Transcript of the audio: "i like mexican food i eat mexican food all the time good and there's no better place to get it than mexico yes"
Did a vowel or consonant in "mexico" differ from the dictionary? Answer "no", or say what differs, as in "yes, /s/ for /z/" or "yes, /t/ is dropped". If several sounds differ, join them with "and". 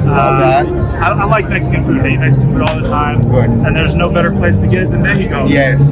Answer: yes, /s/ is dropped